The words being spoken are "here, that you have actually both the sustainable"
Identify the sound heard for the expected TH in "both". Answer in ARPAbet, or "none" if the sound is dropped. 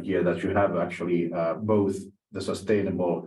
TH